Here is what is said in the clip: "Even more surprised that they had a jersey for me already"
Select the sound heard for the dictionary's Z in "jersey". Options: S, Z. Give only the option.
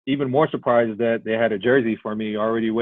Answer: Z